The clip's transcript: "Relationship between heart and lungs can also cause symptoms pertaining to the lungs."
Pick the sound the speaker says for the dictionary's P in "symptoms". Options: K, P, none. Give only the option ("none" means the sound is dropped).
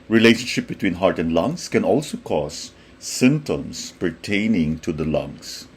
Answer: none